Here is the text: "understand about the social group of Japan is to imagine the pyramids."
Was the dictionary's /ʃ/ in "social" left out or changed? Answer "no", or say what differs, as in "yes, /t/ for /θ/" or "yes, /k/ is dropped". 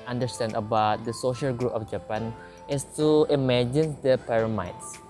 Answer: no